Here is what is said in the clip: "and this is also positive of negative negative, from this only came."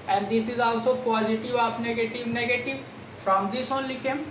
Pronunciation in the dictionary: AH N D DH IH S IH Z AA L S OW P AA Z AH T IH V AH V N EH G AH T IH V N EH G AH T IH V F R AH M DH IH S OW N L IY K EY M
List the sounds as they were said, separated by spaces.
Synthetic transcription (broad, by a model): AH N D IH S IH Z AA L S OW P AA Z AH T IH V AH P N EH G AH T IH V N EH G AH T IH V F R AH M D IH S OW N L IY K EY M